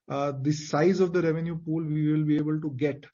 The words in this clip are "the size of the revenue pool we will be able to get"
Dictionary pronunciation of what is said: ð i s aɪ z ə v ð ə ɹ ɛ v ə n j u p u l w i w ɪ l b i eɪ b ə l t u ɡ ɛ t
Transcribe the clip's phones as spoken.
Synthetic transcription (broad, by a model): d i s aɪ z ə v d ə ɹ ɛ v ə n j u p u l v i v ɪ l b i eɪ b ə l t u ɡ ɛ t